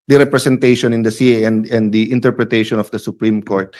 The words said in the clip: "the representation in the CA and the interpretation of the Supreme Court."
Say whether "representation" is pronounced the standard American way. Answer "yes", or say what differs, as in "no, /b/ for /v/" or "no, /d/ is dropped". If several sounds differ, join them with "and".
no, /s/ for /z/